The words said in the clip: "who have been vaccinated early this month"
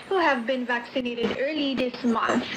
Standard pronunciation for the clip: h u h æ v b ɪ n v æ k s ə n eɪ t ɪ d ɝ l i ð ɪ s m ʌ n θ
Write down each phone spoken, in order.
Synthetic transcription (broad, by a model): h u h æ v b ɪ n v æ k s ə n eɪ t ɪ d ɝ l i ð ɪ s m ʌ n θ